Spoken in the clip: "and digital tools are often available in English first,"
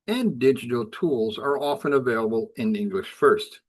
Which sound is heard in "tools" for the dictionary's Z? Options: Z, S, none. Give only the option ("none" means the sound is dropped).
Z